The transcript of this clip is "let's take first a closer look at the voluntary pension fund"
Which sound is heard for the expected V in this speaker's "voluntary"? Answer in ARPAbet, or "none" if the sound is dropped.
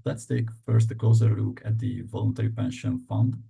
V